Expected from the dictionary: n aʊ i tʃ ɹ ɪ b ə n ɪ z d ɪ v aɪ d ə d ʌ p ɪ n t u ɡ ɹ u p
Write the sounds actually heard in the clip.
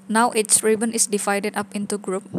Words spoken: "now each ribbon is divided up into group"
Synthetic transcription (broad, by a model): n aʊ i s ɹ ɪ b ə n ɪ s d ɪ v aɪ d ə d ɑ p ɪ n t u ɡ ɹ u p